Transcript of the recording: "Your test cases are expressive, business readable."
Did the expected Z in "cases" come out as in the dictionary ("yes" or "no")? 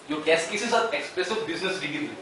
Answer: no